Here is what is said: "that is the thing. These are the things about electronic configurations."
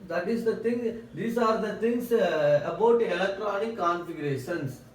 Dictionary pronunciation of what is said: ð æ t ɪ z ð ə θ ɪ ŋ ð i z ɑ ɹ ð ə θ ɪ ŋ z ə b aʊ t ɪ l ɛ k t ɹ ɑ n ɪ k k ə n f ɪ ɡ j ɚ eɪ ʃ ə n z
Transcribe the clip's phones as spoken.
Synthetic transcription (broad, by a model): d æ t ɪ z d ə t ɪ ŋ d i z ɑ ɹ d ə t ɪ ŋ s ə b aʊ t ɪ l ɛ k t ɹ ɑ n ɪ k k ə n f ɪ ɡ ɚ eɪ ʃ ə n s